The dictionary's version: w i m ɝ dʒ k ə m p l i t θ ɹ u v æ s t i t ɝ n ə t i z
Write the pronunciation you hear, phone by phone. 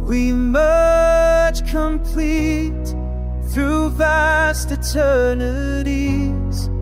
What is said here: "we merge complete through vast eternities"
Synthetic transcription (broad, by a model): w i m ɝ tʃ k ə m p l i t θ ɹ u v æ s t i t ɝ n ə t i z